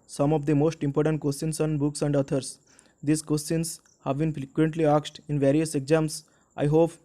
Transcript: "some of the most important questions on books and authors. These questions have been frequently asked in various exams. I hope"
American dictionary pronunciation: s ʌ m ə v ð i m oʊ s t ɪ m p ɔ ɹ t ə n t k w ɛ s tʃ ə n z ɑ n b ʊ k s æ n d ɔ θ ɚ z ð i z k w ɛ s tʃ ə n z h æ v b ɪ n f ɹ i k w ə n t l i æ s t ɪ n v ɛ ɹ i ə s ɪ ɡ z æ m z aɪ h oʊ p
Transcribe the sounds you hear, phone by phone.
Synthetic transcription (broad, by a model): s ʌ m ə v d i m oʊ s t ɪ m p ɔ ɹ t ə n t k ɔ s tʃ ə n s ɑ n b ʊ k s æ n d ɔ t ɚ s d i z k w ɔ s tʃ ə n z h æ v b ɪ n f ɹ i k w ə n t l i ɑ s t ɪ n v ɛ ɹ i ə s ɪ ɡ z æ m s aɪ h oʊ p